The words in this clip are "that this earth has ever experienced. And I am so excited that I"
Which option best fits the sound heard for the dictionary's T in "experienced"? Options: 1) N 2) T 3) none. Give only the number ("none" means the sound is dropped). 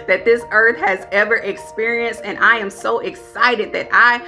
2